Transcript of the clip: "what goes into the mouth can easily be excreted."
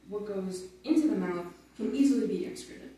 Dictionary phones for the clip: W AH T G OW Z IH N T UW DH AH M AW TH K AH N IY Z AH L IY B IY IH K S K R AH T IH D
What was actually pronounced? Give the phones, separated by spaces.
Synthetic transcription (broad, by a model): W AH T G OW Z IH N T UW DH AH M AW TH K AH N IY Z L IY B IY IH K S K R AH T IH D